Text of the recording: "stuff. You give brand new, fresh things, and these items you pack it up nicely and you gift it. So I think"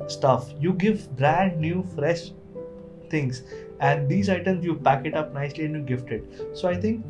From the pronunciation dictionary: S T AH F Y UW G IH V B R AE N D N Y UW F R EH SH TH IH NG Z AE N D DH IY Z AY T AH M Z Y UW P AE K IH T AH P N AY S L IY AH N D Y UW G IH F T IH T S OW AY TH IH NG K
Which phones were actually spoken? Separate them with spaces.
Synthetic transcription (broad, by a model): S T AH F Y UW G IH V B R AE N D N Y UW F R EH SH T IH NG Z AE N D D IY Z AY T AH M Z Y UW P AE K IH T AH P N AY S L IY AH N D Y UW G IH F T IH T S OW AY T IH NG K